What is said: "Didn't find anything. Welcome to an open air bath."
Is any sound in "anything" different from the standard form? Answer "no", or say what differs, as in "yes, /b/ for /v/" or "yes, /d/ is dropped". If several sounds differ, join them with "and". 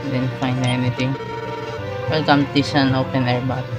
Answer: yes, /t/ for /θ/